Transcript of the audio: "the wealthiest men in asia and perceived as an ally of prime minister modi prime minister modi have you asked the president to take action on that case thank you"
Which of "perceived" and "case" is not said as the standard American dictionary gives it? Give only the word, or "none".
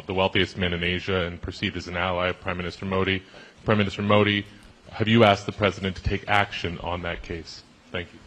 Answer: perceived